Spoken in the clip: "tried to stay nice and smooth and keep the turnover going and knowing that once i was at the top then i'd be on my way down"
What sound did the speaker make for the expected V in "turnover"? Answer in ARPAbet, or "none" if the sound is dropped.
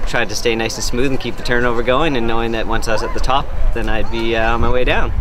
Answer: V